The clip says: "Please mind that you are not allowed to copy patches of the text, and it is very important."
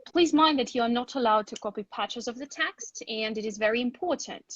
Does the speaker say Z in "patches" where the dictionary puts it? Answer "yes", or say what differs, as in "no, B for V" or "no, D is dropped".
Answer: yes